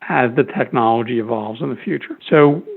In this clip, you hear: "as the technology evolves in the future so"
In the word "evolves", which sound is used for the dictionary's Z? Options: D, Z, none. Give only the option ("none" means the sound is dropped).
Z